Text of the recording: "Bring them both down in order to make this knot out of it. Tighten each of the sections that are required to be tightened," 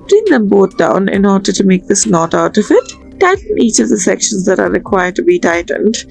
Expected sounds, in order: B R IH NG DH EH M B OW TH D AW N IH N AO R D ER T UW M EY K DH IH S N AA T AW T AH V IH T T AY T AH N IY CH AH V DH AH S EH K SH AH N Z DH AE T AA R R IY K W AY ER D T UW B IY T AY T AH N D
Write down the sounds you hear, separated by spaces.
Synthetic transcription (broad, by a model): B R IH NG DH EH M B OW T D AW N IH N AO R D ER T UW M EY K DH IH S N AA T AW T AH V IH T T AY T AH N IY CH AH V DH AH S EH K SH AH N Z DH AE T AA R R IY K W AY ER D T UW B IY T AY T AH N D